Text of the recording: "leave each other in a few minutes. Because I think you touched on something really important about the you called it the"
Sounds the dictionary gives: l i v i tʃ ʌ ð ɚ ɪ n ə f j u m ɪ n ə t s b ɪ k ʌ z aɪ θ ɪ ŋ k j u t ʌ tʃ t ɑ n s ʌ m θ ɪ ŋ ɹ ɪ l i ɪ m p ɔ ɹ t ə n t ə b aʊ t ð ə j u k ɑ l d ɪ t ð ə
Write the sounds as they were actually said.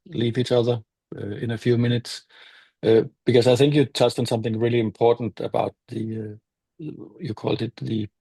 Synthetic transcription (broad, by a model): l i v i tʃ ʌ ð ɚ ɪ n ə f j u m ɪ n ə t s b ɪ k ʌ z aɪ θ ɪ ŋ k j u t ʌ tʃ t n s ʌ m θ ɪ ŋ ɹ ɪ l i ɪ m p ɔ ɹ t n t ə b aʊ t ð ə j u k ɑ l d ɪ t ð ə